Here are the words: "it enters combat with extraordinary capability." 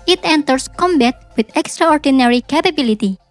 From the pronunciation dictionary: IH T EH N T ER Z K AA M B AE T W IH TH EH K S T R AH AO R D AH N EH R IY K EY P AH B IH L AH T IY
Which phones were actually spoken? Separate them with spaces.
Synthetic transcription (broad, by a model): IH T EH N T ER S K AA M B AE T W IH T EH K S T R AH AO R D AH N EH R IY K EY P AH B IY L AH T IY